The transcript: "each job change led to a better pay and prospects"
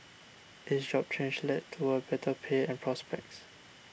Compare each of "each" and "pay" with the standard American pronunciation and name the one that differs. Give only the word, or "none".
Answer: each